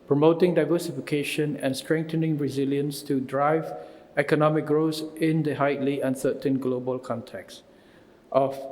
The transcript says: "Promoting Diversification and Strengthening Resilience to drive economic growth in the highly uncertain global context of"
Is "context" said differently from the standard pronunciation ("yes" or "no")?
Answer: no